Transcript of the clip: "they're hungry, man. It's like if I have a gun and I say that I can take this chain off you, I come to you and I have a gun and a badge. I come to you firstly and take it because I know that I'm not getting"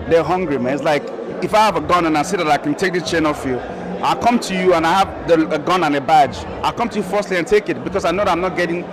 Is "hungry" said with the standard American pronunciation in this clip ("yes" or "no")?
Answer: yes